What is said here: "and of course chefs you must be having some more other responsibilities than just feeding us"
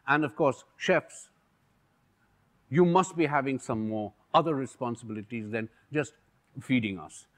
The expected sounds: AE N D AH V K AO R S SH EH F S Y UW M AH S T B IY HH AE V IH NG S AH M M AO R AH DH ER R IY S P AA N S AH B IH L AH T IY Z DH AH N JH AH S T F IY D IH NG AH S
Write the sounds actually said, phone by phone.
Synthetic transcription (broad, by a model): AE N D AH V K AO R S SH EH F S Y UW M AH S T B IY HH AE V IH NG S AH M M AO R AH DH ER R IY S P AA N S AH B IH L AH T IY Z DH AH N JH AH S T F IY D IH NG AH S